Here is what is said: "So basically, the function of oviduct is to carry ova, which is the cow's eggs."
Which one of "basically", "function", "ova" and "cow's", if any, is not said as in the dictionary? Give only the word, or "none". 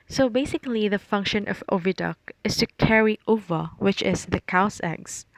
cow's